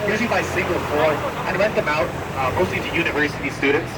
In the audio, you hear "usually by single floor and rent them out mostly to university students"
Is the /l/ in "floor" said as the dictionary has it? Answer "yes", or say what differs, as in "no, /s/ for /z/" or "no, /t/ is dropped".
no, /l/ is dropped